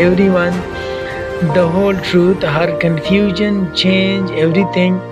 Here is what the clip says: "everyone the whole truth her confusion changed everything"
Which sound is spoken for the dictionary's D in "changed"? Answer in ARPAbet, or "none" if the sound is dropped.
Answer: none